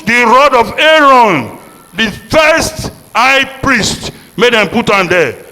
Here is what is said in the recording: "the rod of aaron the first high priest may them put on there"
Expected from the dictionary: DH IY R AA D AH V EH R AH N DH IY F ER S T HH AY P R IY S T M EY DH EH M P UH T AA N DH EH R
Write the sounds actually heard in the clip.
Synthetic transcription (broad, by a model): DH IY R AA D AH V EH R AH N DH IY F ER S T HH AY P R IY S T M EY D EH M P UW T AA N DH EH